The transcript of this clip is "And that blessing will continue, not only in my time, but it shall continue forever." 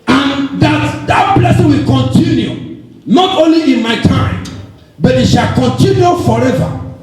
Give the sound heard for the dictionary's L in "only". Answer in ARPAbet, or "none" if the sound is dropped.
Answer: L